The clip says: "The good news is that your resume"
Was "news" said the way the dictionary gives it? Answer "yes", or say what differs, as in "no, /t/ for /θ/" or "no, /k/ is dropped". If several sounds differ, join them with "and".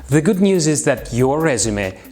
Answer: yes